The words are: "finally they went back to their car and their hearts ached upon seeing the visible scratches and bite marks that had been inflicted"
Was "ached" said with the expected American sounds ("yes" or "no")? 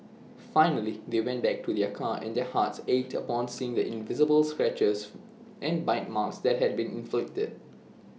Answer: no